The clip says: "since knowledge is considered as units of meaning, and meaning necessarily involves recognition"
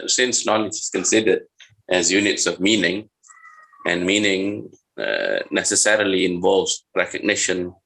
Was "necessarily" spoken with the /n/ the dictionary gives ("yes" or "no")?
yes